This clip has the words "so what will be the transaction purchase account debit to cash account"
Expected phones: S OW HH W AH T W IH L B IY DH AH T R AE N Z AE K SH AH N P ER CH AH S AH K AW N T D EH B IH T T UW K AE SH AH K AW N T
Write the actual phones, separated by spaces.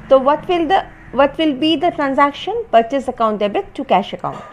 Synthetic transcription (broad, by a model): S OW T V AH T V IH L B IY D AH T R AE N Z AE K SH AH N P ER CH AH S AH K AW N T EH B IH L T UW K AE SH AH K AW N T